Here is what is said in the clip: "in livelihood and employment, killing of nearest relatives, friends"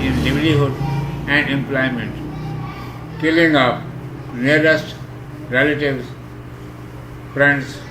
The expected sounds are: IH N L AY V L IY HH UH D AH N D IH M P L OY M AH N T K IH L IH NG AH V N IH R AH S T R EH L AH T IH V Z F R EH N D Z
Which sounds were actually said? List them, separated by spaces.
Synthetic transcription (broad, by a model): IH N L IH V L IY HH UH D AH N D IH M P L OY M AH N T K IH L IH NG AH P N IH R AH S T R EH L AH T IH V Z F R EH N D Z